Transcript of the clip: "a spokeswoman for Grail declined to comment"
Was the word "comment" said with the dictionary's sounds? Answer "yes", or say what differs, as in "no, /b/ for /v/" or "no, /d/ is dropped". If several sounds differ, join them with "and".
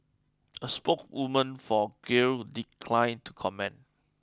no, /t/ is dropped